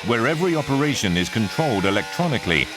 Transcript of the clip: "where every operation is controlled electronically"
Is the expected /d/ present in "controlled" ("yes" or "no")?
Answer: yes